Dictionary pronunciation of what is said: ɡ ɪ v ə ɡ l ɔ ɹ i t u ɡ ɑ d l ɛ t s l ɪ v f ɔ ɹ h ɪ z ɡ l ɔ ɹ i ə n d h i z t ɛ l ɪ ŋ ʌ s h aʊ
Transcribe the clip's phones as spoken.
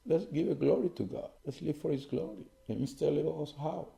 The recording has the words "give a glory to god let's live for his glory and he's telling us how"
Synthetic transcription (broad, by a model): ɡ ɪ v ə ɡ l ɔ ɹ i t u ɡ ɑ d l ɛ t s l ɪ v f ɔ ɹ h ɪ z ɡ l ɔ ɹ i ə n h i s t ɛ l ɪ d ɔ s h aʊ